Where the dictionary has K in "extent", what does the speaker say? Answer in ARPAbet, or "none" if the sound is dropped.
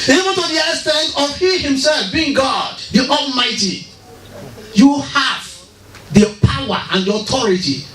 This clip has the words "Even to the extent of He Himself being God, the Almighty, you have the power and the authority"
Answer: none